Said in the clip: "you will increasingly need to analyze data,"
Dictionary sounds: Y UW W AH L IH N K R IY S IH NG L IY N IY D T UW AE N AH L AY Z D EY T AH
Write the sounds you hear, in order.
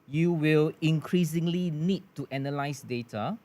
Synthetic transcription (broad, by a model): Y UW W AH L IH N K R IY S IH NG L IY N IY D T UW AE N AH L AY S D EY T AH